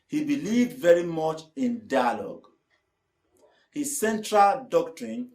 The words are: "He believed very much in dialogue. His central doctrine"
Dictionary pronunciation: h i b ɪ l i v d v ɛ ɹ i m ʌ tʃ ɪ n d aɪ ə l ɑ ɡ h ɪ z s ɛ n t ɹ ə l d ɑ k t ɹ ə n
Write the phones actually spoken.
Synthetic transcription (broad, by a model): h i b ɪ l i v d v ɛ ɹ i m ʌ tʃ ɪ n d aɪ ə l ɑ ɡ h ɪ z s ɛ n t ɹ ə l d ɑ k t ɹ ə n